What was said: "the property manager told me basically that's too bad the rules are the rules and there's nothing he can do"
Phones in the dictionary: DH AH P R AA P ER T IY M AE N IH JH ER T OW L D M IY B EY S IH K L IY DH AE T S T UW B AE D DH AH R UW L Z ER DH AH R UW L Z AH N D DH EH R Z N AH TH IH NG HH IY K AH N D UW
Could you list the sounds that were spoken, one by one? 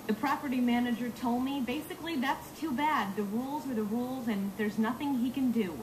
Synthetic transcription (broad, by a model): DH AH P R AA P ER T IY M AE N IH JH ER T OW L D M IY B EY S IH K L IY DH AE T S T UW B AE D DH AH R UW L Z ER DH AH R UW L Z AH N DH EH R Z N AH TH IH NG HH IY K AH N D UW